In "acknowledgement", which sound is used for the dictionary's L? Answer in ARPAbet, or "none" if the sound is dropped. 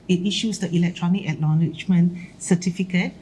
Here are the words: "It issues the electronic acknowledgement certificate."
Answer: N